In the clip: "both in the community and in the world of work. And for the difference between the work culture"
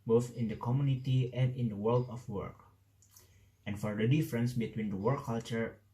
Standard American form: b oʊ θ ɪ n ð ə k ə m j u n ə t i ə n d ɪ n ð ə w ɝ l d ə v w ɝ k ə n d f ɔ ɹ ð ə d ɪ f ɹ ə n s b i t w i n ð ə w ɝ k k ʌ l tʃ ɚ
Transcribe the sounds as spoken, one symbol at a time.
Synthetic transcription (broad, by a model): b oʊ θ ɪ n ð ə k ə m j u n ə t i ə n d ɪ n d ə w ɝ l d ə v w ɝ k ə n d f ɔ ɹ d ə d ɪ f ɹ ə n s b i t w i n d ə w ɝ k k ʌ l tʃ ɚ